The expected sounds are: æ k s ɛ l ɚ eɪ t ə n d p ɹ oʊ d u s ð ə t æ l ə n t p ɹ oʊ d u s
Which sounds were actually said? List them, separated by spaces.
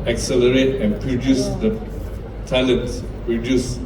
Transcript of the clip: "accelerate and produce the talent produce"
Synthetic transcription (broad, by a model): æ k s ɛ l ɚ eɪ t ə n p ɹ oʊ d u s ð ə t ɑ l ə t p ɹ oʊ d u s